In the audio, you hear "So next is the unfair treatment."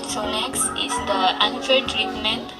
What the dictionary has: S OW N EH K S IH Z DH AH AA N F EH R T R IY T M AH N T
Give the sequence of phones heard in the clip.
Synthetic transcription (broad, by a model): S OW L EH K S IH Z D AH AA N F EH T R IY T M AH N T